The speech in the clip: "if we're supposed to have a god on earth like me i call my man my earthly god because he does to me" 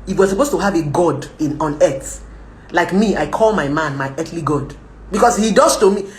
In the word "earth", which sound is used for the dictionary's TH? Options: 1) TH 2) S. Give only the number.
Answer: 2